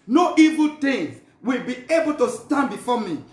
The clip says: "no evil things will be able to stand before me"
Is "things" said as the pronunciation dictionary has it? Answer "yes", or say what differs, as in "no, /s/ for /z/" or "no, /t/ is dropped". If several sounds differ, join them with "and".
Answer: no, /t/ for /θ/